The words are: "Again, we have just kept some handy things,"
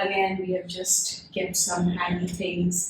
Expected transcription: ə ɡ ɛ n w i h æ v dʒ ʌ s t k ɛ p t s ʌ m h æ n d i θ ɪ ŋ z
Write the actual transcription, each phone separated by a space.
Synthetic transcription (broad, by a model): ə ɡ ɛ n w i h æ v dʒ ʌ s t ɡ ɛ t s ʌ m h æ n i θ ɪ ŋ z